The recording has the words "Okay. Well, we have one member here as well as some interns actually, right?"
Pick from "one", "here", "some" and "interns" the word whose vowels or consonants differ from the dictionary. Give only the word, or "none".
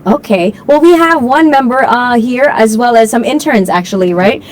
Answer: none